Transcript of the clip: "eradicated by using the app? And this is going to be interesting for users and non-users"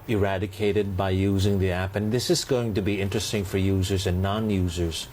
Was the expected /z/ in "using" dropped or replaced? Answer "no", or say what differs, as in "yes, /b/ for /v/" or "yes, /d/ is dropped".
no